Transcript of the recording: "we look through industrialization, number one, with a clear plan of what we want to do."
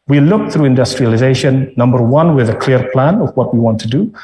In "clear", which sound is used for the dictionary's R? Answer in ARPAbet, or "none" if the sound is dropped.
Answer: R